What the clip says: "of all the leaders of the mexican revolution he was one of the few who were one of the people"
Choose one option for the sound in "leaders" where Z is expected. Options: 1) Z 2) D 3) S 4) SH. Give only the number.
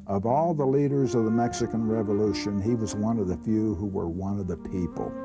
1